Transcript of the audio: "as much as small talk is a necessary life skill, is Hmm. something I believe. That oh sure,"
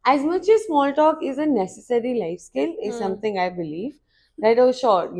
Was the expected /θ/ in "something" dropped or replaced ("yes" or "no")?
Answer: yes